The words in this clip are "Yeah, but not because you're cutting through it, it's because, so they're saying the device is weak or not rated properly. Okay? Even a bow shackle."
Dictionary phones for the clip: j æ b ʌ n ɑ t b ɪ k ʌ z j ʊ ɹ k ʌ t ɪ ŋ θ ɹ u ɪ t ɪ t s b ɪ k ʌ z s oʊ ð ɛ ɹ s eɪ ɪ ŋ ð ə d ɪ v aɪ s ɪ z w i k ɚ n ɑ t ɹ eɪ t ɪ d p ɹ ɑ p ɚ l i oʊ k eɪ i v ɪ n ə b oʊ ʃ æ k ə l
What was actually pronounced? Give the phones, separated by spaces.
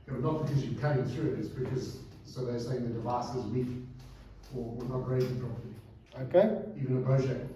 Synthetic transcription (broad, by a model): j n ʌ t b ɪ k ʌ z j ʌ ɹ k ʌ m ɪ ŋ θ ɹ u ɪ t ɪ t s b ɪ k ʌ z s oʊ ð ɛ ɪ s eɪ ɪ ŋ ð ə d ɪ v aɪ s ɪ z w i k ɚ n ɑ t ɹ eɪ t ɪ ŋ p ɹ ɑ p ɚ i oʊ k eɪ i v ɪ n ə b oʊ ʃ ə